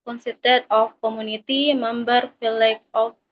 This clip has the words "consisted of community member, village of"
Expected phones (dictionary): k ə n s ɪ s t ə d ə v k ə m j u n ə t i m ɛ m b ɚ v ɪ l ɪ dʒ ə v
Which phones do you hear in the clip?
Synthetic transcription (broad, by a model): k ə n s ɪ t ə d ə f k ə m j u n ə t i m ɛ m b ɚ f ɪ l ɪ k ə